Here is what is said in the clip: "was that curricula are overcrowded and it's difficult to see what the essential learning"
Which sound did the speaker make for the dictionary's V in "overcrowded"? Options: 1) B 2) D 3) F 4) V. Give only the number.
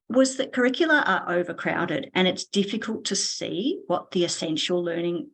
4